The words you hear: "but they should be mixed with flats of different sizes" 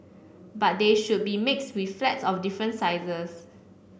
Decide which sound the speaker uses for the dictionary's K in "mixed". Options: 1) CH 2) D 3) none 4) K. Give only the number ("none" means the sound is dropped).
4